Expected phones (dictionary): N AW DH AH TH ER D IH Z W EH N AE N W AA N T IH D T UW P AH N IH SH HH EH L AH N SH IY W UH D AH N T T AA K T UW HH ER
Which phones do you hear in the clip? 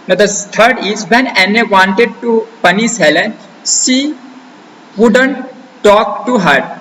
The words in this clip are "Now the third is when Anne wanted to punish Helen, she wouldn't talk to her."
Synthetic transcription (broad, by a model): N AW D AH T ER D IH Z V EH N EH N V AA N T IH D T UW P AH N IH S HH EH L AH N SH IY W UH D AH N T T AA K T UW HH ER